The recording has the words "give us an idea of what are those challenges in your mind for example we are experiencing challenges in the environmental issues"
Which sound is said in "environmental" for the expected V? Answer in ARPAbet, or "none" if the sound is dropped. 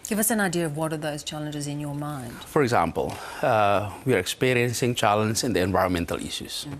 V